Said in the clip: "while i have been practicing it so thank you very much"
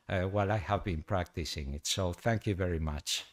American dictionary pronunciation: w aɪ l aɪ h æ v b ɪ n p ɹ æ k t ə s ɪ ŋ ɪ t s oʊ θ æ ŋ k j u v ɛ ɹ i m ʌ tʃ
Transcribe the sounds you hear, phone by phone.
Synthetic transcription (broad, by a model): w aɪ l aɪ h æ v b ɪ n p ɹ æ k t ə s ɪ ŋ ɪ t s oʊ θ æ ŋ k j u v ɛ ɹ i m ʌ tʃ